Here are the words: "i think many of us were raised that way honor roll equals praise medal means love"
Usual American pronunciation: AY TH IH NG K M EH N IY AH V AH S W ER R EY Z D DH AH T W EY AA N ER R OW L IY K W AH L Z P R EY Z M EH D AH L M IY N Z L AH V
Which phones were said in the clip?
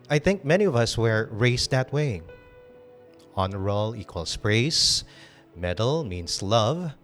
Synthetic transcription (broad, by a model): AY TH IH NG K M EH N IY AH V AH S W ER R EY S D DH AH T W EY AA N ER R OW L IY K W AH L S P R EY S M EH D AH L M IY N S L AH V